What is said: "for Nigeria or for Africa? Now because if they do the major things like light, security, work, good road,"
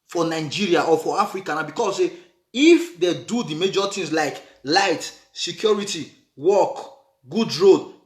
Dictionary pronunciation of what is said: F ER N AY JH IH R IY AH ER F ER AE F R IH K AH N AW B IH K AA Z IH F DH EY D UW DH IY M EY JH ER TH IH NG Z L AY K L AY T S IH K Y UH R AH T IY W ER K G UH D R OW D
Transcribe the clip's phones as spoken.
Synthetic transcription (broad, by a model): F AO N AY JH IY R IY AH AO F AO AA F R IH K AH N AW B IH K AA S IH F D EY D UW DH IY M EY JH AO T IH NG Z L AY K L AY T S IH K Y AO R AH T IY W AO K G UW D R OW D